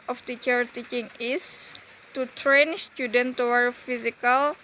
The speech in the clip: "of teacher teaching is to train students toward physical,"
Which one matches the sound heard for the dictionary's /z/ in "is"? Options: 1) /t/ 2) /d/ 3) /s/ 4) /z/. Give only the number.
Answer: 3